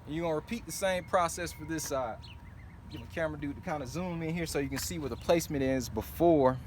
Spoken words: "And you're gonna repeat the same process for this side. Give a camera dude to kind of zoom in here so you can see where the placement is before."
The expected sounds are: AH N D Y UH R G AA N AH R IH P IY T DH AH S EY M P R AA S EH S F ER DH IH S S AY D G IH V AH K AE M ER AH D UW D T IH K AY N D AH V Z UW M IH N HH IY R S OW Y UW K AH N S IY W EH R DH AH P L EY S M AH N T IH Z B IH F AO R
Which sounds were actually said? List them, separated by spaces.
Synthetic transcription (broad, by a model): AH N Y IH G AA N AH R IH P IY T DH AH S EY M P R AA S EH S F ER DH IH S S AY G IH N AH K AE M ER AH D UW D T IH K AY N D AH Z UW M IH N HH IY R S OW Y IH K AH N S IY W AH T DH AH P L EY S M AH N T IH Z B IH F AO R